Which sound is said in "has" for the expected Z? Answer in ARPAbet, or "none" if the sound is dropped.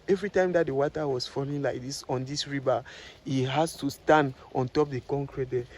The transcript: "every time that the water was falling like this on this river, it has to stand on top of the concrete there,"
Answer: S